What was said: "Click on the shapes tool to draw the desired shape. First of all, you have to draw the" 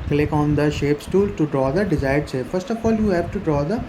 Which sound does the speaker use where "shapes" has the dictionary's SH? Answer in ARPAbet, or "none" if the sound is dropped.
SH